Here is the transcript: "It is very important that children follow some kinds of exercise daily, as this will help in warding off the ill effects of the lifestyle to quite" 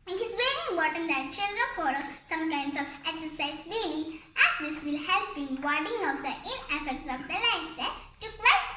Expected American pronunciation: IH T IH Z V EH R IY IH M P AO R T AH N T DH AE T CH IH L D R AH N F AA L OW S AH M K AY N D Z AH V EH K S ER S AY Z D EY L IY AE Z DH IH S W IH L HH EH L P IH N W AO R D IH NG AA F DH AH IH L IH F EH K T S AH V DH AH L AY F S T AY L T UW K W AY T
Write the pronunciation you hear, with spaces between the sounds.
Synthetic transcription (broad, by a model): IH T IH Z V EH R IY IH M P AO R T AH N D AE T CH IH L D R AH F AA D S AH M K AY N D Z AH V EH K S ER S AY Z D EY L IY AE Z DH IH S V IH L HH EH L P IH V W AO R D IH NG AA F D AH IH N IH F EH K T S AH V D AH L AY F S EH T UW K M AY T